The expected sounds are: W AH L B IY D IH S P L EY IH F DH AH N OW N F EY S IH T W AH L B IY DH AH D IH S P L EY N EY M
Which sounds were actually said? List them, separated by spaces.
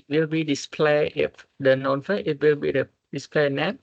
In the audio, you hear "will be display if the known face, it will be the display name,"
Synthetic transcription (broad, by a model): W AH L B IY D IH S P L EY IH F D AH N OW N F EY IH T W AH L B IY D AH D IH S P L EY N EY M